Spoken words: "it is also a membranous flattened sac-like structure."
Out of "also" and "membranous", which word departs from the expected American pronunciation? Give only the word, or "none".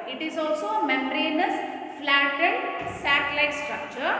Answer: membranous